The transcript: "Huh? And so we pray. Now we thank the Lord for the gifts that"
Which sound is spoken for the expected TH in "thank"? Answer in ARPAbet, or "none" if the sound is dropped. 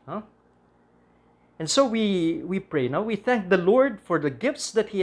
TH